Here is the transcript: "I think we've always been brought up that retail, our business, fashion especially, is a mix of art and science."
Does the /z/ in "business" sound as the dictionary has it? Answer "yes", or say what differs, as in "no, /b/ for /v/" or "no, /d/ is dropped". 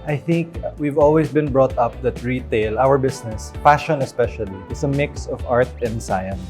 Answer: no, /s/ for /z/